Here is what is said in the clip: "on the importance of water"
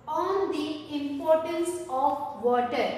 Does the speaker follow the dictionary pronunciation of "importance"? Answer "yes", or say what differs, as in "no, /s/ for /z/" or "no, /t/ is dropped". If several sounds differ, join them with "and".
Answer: yes